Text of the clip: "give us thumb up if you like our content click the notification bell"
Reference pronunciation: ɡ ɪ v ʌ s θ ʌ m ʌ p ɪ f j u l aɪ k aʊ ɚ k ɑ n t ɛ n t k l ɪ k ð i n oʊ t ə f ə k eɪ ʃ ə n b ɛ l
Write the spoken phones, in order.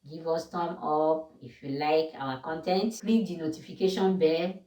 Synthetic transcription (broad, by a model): ɡ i v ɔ s t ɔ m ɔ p ɪ f j u l aɪ k aʊ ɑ k ɑ n t ɛ n t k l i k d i n oʊ t ə f ə k eɪ ʃ ə n b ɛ